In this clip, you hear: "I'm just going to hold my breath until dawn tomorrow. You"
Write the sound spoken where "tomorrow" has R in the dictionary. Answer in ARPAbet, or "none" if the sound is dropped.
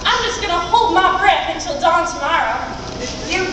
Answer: R